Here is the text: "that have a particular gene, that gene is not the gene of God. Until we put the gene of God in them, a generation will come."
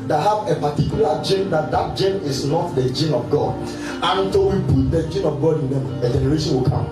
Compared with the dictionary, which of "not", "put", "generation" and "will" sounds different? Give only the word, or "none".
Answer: put